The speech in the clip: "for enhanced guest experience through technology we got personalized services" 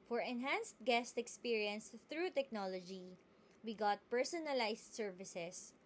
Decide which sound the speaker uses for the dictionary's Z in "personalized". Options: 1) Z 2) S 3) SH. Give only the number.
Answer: 2